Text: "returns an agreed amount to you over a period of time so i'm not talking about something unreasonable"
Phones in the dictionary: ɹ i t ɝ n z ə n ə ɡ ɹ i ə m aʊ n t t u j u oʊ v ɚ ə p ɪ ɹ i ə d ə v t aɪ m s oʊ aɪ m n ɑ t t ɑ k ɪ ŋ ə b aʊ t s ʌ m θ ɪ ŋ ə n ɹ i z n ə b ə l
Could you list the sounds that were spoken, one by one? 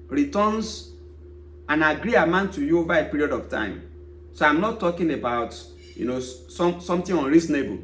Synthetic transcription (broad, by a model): ɹ i t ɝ n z ə n ə ɡ ɹ i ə m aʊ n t t u j u oʊ v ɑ ə p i ɹ i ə d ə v t aɪ m s oʊ aɪ m n ɑ t t ɑ k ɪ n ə b aʊ t s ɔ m s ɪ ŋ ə n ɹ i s n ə b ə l